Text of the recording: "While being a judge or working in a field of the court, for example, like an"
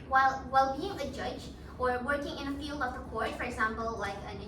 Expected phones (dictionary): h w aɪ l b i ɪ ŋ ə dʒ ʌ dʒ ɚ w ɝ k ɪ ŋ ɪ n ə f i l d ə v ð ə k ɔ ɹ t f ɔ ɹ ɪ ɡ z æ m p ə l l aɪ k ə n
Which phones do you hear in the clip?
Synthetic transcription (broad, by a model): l w aɪ l b i ɪ ŋ ə dʒ ʌ dʒ ɚ w ɝ k ɪ ŋ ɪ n ə f i l d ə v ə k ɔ ɹ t f ɔ ɹ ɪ ɡ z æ m p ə l l aɪ k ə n